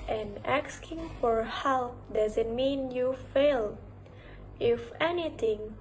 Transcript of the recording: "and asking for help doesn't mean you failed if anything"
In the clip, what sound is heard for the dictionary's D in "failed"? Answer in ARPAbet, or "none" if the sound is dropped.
none